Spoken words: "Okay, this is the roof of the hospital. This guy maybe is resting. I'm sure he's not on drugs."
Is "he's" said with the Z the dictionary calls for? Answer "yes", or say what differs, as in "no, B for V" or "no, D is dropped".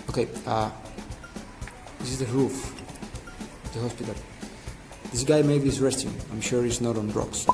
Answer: no, S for Z